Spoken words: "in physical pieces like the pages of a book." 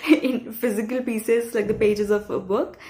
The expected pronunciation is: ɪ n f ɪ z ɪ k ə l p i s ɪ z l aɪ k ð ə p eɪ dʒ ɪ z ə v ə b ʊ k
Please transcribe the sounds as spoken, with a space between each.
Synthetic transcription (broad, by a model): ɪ n f ɪ z ɪ k ə l p i s ɪ z l aɪ k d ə p eɪ dʒ ɪ z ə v ə b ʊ k